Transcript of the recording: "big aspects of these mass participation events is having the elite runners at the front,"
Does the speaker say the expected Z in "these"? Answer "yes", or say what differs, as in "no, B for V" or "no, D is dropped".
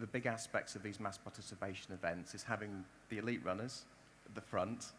yes